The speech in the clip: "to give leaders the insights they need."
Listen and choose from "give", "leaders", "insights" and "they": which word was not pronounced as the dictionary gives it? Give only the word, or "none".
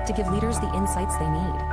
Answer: none